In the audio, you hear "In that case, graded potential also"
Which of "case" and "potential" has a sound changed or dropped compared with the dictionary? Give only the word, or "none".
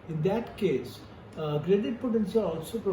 potential